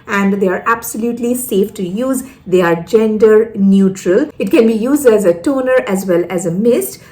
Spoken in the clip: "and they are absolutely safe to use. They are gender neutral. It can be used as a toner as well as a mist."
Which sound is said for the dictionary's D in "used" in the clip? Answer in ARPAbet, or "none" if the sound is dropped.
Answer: D